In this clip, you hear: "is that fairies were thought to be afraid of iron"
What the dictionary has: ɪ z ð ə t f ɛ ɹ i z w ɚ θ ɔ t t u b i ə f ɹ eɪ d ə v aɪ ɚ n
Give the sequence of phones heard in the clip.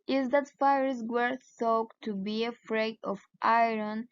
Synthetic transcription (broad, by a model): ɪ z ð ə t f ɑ ɹ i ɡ w ɚ s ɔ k t u b i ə f ɹ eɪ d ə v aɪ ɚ n